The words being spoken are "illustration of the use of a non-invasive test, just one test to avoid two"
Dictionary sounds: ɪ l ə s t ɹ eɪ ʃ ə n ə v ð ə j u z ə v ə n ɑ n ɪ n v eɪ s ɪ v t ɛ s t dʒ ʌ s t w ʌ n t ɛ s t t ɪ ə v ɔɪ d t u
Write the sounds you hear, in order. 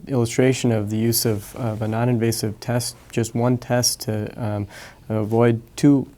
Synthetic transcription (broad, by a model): ɪ l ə s t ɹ eɪ ʃ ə n ə v ð ə j u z ə v ə n ɑ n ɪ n v eɪ s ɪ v t ɛ s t dʒ ʌ s t w ʌ n t ɛ s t t ɪ ə v ɔɪ d t u